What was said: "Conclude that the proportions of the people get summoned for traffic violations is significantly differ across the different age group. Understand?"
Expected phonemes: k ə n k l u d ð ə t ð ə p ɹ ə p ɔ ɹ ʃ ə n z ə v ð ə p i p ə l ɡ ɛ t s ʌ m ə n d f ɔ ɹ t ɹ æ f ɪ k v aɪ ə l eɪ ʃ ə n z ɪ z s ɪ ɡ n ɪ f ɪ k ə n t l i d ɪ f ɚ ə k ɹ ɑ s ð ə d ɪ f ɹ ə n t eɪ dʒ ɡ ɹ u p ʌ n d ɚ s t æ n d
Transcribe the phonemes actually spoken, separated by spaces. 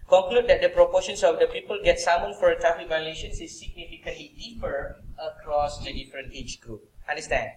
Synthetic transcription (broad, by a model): k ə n k l u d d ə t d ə p ɹ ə p ɔ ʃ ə n s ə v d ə p i p ə l ɡ ɛ t s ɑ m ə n f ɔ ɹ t ɑ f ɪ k v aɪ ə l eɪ ʃ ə n s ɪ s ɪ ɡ n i f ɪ k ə n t l i d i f ɚ ə k ɹ ɑ s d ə d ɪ f ɹ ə n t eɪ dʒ ɡ ɹ u p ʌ n d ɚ s t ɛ n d